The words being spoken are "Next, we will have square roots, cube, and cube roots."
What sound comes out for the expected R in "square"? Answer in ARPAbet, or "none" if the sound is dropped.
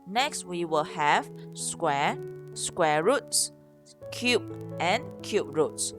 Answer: W